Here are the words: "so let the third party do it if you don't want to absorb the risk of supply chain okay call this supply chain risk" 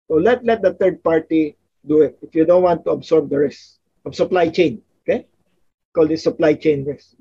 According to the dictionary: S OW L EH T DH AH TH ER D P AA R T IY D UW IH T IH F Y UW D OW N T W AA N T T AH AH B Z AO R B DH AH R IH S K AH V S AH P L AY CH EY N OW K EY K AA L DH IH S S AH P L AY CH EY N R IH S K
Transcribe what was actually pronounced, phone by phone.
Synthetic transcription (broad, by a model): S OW L EH T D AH T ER D P AA R T IY D UW IH T IH F Y UW D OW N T W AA N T T AH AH B S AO R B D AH R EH S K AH B S AH P L AY CH EY N OW K EY K AA L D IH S S AH P L AY CH EY N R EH S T